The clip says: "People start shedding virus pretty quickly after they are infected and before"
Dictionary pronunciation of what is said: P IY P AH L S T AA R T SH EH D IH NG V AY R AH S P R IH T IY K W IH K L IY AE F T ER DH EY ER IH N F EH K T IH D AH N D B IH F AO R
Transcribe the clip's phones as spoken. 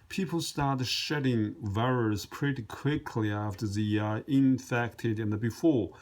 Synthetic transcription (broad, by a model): P IY P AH L S T AA R T SH EH D IH NG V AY R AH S P R IH T IY K W IH K L IY AE F T ER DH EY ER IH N F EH K T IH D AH N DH B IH F AO R